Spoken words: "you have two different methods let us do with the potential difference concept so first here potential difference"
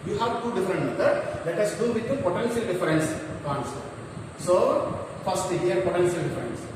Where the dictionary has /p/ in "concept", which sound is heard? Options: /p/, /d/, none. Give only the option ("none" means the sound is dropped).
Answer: none